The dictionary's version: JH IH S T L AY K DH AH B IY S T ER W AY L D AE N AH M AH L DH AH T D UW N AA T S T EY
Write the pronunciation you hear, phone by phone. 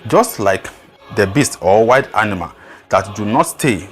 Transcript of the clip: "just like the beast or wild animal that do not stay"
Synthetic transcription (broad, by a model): JH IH S T L AY K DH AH B IY S T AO W AY D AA N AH M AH L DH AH T D UW N AA T S T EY